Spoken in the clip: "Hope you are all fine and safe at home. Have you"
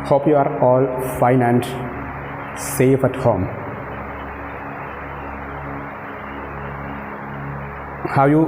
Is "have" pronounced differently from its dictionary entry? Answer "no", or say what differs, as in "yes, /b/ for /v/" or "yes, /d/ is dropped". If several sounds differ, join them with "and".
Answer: yes, /w/ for /v/